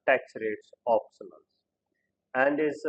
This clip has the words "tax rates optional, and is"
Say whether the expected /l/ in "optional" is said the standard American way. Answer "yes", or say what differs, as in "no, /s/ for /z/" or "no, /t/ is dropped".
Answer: no, /n/ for /l/